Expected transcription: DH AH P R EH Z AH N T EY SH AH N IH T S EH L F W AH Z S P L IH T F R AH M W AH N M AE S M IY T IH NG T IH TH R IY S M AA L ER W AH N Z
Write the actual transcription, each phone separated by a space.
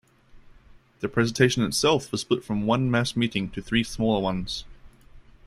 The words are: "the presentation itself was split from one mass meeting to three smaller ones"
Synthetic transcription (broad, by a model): DH AH P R EH Z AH N T EY SH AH N IH T S EH L F W AH Z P UH T F R AH M W AH N M AE S M IY T IH NG T IH TH R IY S M AA L ER W AH N Z